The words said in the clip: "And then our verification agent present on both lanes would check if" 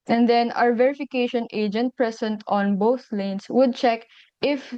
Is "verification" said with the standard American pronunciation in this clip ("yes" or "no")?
yes